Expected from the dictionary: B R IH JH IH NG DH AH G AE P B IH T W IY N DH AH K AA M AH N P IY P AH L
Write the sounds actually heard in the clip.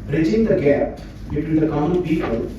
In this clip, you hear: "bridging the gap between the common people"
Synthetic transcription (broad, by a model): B R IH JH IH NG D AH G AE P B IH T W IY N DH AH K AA AH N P IY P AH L